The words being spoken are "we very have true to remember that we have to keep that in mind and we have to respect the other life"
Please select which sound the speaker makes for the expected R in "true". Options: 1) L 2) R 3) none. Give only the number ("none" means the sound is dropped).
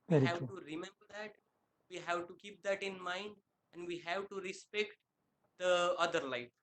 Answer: 3